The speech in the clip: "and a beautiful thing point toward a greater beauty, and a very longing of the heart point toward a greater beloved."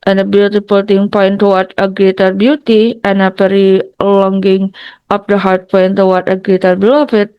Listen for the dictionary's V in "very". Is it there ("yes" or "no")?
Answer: no